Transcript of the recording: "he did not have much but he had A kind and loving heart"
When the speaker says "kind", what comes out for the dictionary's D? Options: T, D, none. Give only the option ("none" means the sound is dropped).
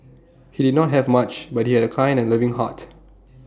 none